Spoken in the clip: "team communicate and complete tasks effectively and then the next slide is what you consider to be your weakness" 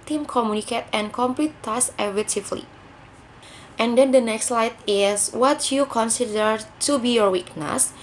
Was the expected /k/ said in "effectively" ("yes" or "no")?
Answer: no